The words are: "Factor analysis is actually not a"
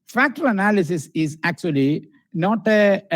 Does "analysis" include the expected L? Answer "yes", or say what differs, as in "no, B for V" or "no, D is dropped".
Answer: yes